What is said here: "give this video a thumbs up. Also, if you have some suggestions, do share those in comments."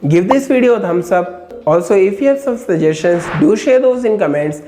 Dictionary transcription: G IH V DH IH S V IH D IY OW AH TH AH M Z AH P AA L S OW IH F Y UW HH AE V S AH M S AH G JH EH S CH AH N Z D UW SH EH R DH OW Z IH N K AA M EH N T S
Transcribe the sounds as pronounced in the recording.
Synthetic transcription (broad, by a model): G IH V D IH S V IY D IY OW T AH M S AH B AA L S OW IH F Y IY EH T S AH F S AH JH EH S SH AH N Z D UW SH EH R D OW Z IH N K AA M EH N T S